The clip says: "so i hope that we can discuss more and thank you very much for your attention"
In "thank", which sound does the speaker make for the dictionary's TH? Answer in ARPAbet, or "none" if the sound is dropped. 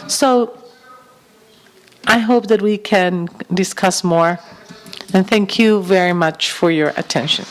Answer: TH